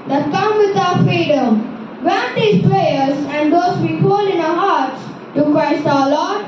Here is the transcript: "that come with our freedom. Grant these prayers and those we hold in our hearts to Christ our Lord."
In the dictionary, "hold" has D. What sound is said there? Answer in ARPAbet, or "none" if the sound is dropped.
none